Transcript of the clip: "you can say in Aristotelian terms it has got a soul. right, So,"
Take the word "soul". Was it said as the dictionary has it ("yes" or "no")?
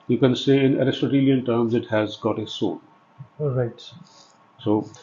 no